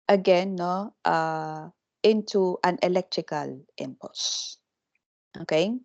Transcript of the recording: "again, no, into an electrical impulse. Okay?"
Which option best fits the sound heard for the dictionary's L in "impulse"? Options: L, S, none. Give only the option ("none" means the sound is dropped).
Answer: none